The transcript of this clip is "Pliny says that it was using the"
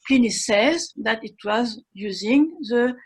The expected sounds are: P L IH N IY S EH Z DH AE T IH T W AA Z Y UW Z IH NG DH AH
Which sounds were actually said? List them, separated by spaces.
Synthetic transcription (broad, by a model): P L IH N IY S EH Z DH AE T IH T W AA Z Y UW Z IH NG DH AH